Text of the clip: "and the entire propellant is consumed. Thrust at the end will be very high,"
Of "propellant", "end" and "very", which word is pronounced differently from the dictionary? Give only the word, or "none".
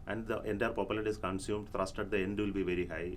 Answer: propellant